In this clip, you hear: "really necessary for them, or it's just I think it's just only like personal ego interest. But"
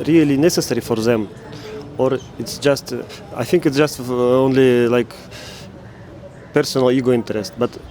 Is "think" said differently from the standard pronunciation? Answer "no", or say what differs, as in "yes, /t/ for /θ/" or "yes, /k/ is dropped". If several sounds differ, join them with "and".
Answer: no